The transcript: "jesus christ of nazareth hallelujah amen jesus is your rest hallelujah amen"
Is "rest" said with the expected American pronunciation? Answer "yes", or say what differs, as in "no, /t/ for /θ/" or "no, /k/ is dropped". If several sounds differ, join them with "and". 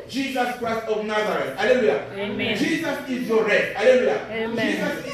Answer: no, /s/ is dropped